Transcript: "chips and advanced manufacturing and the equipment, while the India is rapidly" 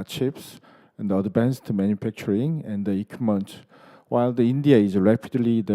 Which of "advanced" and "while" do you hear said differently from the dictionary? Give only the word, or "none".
advanced